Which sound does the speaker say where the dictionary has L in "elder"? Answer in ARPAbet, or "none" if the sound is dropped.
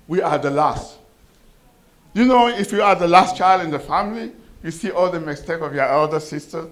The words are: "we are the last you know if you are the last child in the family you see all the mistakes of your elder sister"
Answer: L